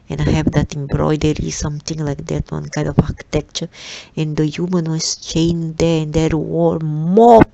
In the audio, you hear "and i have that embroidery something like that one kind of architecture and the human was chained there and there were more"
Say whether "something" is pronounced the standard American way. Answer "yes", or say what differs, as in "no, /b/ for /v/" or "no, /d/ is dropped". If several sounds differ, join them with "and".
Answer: no, /t/ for /θ/